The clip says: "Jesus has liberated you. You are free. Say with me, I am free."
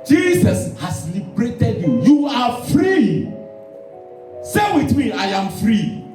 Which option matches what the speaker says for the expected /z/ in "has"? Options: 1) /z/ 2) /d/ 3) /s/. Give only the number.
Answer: 3